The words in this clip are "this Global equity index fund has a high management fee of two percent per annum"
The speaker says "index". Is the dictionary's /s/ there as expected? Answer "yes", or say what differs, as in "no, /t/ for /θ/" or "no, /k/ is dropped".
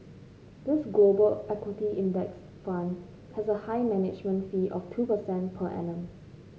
yes